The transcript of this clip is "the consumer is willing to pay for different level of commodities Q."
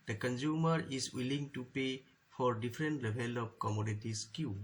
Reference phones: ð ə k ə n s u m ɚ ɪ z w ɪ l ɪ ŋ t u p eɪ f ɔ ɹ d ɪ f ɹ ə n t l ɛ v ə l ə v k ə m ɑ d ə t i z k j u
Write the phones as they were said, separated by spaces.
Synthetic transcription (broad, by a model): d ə k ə n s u m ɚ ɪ s w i l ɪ ŋ t u p eɪ f ɔ ɹ d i f ɹ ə n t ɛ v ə l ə p k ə m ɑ d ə t i s k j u